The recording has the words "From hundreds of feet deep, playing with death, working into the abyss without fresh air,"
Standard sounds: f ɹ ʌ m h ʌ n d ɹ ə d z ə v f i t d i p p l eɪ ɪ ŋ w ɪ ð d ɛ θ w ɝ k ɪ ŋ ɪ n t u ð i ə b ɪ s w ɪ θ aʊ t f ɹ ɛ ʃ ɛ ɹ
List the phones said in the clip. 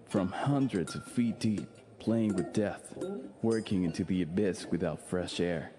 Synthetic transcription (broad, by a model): f ɹ ʌ m h ʌ n d ɹ ə d z ə v f i t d i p p l eɪ ɪ ŋ w ɪ ð d ɛ θ w ɝ k ɪ ŋ ɪ n t u ð i ə b ɪ s w ɪ θ aʊ t f ɹ ɛ ʃ ɛ ɹ